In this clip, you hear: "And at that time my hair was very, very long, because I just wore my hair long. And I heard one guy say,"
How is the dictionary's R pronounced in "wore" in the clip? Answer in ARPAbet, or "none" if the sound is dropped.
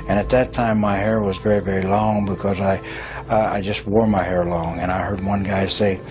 R